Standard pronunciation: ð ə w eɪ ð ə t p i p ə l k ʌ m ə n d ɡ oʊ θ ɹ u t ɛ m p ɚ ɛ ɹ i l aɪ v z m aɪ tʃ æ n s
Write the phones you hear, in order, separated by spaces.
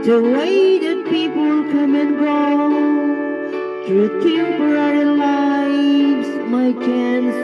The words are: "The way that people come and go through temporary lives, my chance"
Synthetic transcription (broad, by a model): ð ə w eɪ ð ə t p i p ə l k ʌ m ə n ɡ oʊ t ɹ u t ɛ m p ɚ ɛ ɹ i l aɪ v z m aɪ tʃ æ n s